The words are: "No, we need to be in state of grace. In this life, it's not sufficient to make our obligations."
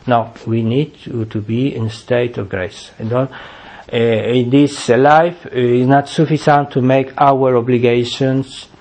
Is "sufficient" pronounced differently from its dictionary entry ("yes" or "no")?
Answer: yes